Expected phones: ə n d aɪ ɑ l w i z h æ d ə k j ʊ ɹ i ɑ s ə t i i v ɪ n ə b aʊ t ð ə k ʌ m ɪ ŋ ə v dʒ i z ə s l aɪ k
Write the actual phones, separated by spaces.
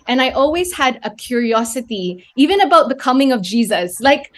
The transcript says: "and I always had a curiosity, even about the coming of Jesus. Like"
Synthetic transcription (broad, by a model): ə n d aɪ ɑ l w i z h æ d ə k j ʊ ɹ i ɑ s ə t i i v ɪ n ə b aʊ t ð ə k ʌ m ɪ ŋ ə v dʒ i z ə s l aɪ k